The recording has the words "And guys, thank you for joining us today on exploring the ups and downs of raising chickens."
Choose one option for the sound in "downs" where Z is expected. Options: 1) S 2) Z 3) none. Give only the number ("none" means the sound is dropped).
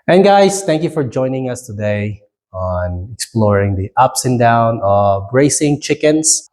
3